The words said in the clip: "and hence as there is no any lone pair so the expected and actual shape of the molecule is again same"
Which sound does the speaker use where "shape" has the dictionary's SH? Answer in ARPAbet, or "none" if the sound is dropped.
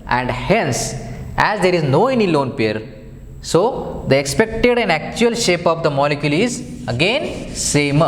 SH